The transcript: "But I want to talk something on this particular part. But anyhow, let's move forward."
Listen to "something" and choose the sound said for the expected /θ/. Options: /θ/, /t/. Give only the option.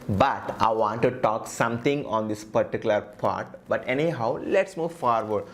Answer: /t/